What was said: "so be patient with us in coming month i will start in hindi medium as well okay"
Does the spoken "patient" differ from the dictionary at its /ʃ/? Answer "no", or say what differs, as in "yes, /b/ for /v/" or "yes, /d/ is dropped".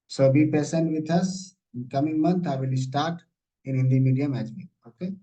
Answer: yes, /s/ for /ʃ/